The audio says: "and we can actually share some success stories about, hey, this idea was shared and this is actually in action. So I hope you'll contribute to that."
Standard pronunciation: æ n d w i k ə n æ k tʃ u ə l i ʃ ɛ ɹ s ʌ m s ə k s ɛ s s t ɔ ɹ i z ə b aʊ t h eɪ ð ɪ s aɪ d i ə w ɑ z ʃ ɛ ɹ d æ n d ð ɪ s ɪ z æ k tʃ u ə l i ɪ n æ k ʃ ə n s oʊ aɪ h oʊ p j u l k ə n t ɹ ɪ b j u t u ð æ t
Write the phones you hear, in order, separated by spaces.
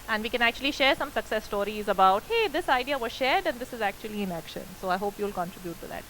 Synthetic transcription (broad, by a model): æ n d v i k ə n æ k tʃ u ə l i ʃ ɛ ɹ s ʌ m s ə k s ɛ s s t ɔ ɹ i z ə b aʊ t h eɪ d ɪ s aɪ d i ə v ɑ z ʃ ɛ ɹ d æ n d ɪ s ɪ z æ k tʃ u ə l i ɪ n æ k ʃ ə n s oʊ aɪ h oʊ p j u l k ə n t ɹ ɪ b j u t u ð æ t